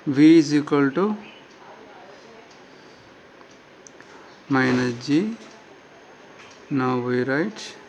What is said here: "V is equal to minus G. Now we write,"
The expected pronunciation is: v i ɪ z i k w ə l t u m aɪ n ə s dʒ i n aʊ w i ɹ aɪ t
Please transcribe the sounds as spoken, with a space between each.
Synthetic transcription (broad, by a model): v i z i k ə l t u m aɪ n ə dʒ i n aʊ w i ɹ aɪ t